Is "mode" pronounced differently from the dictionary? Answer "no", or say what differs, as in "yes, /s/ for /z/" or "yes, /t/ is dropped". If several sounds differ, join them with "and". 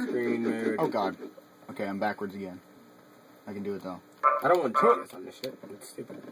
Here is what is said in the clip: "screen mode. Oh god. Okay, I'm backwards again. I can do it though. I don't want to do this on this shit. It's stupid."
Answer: yes, /d/ is dropped